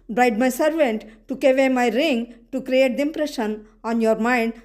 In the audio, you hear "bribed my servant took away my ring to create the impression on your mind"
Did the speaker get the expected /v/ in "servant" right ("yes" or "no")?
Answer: yes